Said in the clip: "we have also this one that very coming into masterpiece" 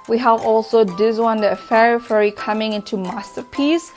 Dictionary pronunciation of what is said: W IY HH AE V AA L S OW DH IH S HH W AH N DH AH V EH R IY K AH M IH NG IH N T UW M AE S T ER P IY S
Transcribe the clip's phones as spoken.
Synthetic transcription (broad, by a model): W IY HH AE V AA L S OW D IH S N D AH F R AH F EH R IY K AH M IH NG IH N T UW M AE S T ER P IY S